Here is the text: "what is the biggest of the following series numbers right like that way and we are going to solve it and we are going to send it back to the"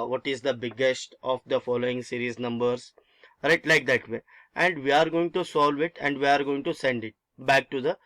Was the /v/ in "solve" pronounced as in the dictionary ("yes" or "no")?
yes